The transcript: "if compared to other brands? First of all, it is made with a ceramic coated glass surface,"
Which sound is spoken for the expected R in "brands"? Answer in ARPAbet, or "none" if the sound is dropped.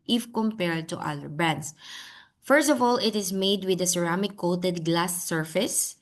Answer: none